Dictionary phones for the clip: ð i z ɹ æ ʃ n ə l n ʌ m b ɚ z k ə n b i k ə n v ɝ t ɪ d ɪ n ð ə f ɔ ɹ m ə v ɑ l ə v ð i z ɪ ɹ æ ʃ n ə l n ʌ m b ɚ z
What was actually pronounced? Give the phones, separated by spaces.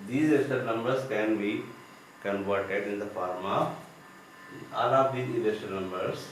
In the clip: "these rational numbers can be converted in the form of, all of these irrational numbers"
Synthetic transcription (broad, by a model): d i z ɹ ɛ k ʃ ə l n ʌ m b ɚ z k ə n b i k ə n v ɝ t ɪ d ɪ n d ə f ɔ ɹ m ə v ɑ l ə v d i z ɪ l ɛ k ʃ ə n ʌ m b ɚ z